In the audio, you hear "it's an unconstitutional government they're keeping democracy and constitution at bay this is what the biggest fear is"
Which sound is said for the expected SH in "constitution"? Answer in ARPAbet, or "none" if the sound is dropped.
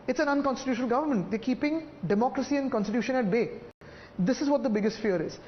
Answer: SH